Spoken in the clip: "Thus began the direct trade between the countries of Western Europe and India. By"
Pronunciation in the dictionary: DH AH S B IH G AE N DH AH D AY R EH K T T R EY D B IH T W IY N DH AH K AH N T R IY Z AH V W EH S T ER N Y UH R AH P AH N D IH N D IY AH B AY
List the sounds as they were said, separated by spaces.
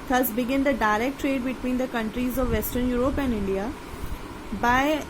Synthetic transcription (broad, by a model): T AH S B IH G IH N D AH D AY R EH K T T R EY D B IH T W IY N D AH K AH N T R IY Z AH V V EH S T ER N Y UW R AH P AH N D IH N D IY AH B AY